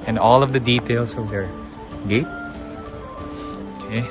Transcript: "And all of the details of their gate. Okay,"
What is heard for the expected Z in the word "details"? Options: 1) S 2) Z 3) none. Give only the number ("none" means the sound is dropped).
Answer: 1